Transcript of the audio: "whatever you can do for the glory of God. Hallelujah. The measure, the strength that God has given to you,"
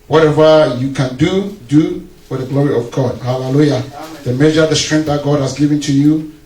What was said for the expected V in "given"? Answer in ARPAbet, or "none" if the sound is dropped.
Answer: V